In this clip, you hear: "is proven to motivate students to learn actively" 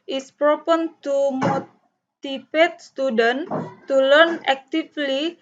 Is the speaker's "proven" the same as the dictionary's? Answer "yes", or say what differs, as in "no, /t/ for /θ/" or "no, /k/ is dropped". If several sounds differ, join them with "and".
no, /p/ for /v/